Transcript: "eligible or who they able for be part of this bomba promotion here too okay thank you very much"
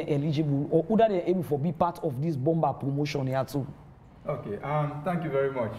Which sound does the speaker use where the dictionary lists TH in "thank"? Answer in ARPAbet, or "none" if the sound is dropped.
T